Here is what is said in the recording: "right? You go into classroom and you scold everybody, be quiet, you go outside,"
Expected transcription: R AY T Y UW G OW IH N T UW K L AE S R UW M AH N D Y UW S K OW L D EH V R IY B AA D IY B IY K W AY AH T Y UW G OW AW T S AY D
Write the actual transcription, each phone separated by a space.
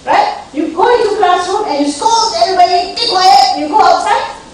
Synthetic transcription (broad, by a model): R AY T Y UW G OW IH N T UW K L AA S UW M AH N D Y UW S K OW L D EH V R IY B AA D IY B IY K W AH Y UW G OW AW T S AY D